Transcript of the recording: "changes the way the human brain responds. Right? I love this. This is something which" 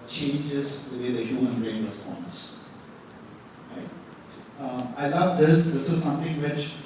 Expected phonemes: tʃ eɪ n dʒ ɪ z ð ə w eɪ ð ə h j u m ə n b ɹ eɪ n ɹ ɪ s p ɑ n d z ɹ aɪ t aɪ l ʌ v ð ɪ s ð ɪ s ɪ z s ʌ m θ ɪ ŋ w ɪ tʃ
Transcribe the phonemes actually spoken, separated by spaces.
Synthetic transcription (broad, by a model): tʃ eɪ n dʒ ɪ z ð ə w eɪ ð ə h j u m ə n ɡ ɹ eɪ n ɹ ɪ s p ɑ n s ɹ aɪ t aɪ l ʌ v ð ɪ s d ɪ s ɪ z s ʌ m t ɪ ŋ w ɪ tʃ